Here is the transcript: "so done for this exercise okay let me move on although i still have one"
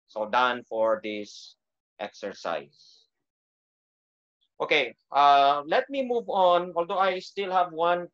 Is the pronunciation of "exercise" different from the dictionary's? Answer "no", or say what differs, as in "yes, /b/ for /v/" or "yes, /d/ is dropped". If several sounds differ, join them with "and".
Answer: yes, /s/ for /z/